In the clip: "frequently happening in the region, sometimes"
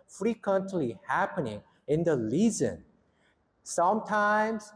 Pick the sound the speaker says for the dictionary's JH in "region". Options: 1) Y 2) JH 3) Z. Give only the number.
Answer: 3